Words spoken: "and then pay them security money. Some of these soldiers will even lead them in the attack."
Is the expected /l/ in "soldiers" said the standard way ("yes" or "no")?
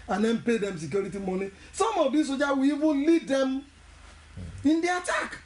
no